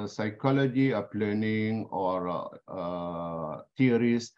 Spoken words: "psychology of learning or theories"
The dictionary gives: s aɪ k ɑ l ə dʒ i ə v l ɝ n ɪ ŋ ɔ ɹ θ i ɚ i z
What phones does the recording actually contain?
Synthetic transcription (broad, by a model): s aɪ k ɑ l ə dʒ i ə p l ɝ n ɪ ŋ ɔ ɹ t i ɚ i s